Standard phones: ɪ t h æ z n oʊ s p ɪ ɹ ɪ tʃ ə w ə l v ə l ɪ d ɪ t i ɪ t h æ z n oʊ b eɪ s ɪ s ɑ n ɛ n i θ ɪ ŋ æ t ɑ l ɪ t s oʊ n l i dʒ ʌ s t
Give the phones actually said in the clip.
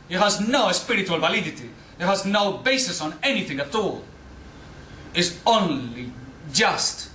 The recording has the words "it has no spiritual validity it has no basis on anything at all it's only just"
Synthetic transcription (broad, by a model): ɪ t h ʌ z n oʊ s p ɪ ɹ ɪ tʃ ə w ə l v ə l ɪ d ɪ t i ɪ t h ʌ z n oʊ b eɪ s ɪ s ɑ n ɛ n i θ ɪ ŋ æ t ɑ l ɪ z oʊ n l i dʒ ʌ s t